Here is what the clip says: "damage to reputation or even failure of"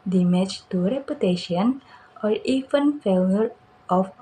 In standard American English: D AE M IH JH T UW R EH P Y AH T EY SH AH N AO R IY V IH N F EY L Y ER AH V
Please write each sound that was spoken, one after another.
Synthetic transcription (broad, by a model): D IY M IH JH T UW R EH P Y AH T EY SH AH N AO R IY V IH N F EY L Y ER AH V